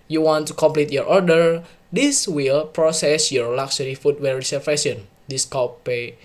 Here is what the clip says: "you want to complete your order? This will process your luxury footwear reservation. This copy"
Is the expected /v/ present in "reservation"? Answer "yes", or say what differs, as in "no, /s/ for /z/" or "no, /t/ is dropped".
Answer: no, /f/ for /v/